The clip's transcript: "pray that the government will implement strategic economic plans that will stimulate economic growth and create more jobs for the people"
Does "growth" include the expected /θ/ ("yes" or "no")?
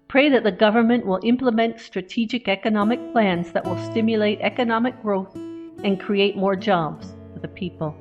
yes